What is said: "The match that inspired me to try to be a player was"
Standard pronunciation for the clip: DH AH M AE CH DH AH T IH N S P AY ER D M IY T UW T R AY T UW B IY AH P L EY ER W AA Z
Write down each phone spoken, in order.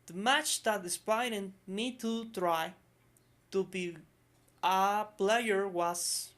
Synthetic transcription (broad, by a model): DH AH M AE CH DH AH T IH S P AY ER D M IY T UW T R AY T UW B IY AH P L EY ER W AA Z